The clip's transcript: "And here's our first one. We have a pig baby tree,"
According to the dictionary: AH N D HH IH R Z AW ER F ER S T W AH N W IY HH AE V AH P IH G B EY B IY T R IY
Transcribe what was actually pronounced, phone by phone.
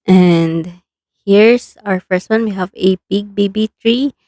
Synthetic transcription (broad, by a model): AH N D HH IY R S AW ER F ER S T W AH N W IY HH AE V AH B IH G B EY B IY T R IY